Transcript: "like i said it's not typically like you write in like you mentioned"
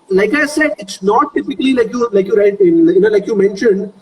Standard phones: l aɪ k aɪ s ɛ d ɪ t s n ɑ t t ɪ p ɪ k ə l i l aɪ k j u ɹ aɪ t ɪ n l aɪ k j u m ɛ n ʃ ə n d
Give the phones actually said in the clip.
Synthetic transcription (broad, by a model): l aɪ k aɪ s ɛ d ɪ t s n ɑ t t ɪ p ɪ k ə l i l aɪ k j u l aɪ t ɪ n l aɪ k j u m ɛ n ʃ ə n d